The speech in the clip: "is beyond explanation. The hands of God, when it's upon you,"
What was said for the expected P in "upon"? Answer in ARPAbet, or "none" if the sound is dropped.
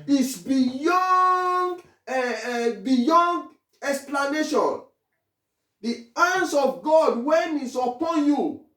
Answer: P